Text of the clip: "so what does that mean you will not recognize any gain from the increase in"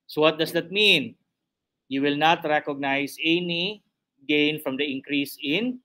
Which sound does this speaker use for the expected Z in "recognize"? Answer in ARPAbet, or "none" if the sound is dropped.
S